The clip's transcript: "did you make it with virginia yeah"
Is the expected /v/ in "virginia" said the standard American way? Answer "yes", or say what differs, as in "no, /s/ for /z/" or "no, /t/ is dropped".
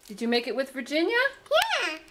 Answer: yes